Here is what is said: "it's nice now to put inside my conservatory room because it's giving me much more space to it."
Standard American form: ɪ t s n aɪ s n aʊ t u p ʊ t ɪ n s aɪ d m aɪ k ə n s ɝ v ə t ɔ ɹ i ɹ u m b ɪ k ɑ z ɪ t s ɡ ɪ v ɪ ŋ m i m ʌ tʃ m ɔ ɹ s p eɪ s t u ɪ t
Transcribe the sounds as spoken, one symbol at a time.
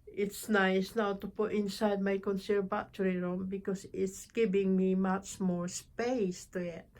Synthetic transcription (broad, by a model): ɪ t s n aɪ s n aʊ t u p ʊ t ɪ n s aɪ d m aɪ k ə n s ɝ b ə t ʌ ɹ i ɹ u m b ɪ k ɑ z ɪ t s ɡ ɪ v ɪ ŋ m i m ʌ tʃ m ɔ ɹ s p eɪ s t u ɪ t